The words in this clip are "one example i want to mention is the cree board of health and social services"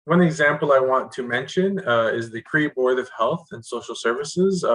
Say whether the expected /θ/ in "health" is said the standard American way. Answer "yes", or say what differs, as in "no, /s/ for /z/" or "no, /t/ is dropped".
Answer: yes